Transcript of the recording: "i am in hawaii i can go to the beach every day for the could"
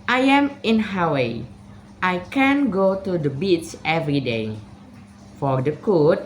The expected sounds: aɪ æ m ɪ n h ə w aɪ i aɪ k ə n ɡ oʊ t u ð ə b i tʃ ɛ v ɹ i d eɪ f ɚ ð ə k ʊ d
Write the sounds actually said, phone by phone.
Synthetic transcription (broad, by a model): aɪ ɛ m ɪ n h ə w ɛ aɪ k ə n ɡ oʊ t u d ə b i s ɛ v ɹ i d eɪ f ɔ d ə k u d